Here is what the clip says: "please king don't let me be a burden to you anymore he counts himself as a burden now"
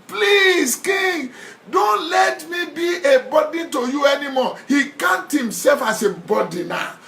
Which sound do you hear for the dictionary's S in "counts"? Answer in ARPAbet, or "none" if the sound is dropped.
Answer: none